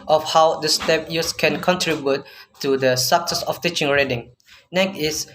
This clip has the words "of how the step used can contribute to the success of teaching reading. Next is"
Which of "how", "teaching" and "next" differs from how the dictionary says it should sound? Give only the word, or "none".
next